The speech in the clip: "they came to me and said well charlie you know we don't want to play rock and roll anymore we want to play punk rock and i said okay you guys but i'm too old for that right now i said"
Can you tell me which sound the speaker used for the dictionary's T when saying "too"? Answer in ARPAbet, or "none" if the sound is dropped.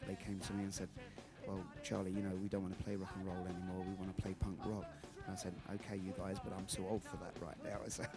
S